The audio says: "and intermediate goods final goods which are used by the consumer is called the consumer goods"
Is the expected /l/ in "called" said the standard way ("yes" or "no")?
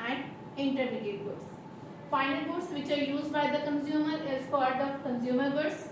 no